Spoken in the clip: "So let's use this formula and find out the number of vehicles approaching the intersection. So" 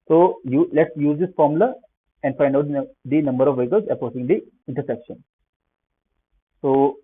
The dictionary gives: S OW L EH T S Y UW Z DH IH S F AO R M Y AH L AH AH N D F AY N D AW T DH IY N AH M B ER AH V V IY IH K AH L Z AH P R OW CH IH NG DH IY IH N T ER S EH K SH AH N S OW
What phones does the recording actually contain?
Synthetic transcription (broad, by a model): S OW L EH T S Y UW Z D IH S F AO R M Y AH L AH AH N D F AY N D AW T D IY N AH M B ER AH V V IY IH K AH L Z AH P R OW S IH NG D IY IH N T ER S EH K SH AH N S OW